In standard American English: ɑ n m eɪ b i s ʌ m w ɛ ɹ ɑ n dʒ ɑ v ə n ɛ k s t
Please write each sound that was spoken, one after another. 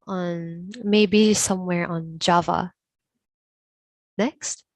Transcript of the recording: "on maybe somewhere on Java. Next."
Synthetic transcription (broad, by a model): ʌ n m eɪ b i s ʌ m w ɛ ɹ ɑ n dʒ ɑ v ə n ɛ k s t